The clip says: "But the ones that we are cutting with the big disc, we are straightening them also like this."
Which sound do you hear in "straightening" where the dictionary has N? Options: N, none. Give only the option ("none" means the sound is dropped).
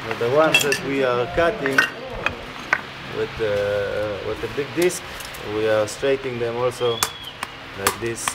none